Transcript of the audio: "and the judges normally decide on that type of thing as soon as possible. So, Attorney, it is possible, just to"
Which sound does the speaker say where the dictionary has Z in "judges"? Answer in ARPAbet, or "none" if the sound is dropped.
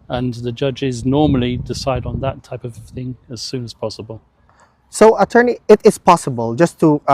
Z